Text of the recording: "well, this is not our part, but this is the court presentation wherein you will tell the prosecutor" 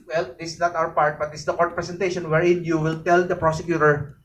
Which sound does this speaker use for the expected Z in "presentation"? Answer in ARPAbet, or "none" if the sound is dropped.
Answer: S